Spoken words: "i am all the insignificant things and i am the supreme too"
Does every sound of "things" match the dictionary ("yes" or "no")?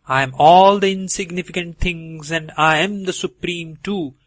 no